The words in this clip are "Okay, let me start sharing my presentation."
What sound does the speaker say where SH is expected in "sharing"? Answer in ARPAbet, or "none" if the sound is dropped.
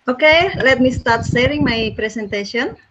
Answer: S